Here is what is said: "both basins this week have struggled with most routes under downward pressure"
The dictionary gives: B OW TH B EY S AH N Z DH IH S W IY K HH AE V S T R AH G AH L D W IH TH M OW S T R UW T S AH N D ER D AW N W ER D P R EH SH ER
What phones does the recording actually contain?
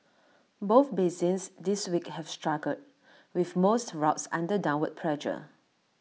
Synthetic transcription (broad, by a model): B OW TH B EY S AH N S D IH S W IY K HH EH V S T R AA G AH D W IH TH M OW S T R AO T S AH N D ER D AW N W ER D P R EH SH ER